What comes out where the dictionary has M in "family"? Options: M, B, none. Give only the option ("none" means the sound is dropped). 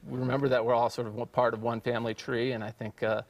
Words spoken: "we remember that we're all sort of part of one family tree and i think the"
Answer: M